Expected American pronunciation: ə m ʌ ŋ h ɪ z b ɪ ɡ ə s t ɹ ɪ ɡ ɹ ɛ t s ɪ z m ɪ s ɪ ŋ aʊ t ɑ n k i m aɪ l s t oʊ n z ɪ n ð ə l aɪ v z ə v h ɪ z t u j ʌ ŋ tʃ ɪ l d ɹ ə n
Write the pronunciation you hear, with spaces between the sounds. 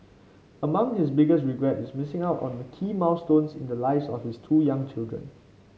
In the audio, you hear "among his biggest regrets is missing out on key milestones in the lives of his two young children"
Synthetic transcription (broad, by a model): ə m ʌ ŋ h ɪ s b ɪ ɡ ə s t ɹ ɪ ɡ ɹ ɛ t ɪ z m ɪ s ɪ ŋ aʊ t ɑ n k i m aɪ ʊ s t oʊ n s ɪ n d ə l aɪ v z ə f h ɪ s t u j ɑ ŋ tʃ ɪ l d ɹ ə n